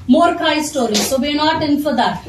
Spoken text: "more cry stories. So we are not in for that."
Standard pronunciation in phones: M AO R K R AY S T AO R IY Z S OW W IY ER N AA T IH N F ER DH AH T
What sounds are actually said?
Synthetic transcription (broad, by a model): M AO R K AY S T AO R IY S OW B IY N AA T IH N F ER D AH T